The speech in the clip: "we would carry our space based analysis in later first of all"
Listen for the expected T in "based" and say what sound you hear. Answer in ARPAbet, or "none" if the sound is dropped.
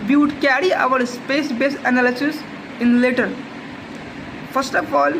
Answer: none